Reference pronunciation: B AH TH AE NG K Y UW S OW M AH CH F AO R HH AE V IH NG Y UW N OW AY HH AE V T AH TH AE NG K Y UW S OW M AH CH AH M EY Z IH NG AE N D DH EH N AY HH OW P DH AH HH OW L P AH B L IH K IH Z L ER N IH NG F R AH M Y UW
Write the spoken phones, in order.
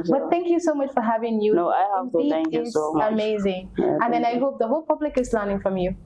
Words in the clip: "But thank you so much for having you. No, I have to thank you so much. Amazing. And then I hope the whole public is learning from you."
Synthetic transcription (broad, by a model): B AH T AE NG K Y UW S OW M AH CH F AO R HH AE V IH NG Y UW N OW AY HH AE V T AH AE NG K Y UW S OW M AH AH M EY Z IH NG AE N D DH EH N AY HH OW P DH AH HH OW L P AH B L IH K IH Z L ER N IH NG F R AH M Y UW